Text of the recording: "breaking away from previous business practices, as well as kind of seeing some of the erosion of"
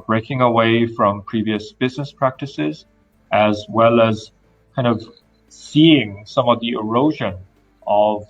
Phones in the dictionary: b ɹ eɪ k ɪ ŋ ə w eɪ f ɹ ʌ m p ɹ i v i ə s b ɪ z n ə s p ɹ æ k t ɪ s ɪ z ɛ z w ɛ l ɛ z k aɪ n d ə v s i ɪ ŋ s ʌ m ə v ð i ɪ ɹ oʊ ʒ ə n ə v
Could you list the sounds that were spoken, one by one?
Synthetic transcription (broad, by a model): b ɹ eɪ k ɪ ŋ ə w eɪ f ɹ ʌ m p ɹ i v i ə s b ɪ z n ə s p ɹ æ k t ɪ s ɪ z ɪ z w ɛ l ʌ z k aɪ n d ə v s i ɪ ŋ s ʌ m ə v ð i ɪ ɹ oʊ ʒ ə n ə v